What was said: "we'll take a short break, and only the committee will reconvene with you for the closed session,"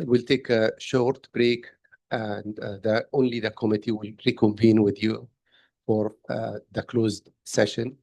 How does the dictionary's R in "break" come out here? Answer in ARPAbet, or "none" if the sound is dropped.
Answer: R